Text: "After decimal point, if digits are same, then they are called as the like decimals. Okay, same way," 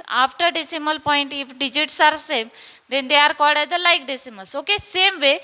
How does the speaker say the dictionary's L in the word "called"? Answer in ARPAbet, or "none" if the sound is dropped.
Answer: none